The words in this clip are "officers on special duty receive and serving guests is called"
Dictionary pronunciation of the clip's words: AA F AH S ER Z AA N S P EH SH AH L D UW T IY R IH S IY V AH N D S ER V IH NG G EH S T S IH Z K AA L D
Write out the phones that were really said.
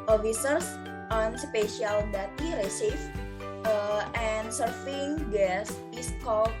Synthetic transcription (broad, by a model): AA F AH S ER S AA N S P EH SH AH L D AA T IY R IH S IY F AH N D S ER F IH NG G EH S S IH S K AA L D